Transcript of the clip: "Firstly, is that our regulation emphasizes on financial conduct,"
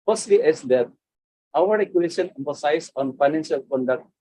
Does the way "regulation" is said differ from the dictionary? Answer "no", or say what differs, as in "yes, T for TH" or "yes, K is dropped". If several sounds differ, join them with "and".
yes, L is dropped